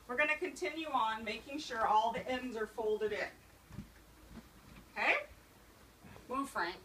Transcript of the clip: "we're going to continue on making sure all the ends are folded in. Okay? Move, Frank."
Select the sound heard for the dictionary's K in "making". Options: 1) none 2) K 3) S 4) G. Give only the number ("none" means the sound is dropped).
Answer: 2